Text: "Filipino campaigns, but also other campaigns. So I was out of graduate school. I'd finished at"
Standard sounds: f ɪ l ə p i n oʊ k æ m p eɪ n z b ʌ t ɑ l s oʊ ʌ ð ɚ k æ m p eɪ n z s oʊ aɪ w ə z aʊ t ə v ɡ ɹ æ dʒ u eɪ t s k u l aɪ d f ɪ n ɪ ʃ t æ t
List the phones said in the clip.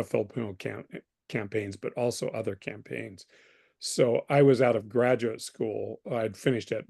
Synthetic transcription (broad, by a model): f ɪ l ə p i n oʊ k æ m p eɪ n z b ʌ t ɑ l s oʊ ʌ ð ɚ k æ m p eɪ n z s oʊ aɪ w ə z aʊ t ə v ɡ ɹ æ dʒ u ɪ t s k u l aɪ d f ɪ n ɪ ʃ t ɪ t